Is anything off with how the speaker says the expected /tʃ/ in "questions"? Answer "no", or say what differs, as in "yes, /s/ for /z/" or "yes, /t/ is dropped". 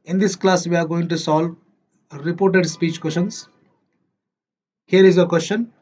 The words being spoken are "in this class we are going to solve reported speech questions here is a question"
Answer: yes, /ʃ/ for /tʃ/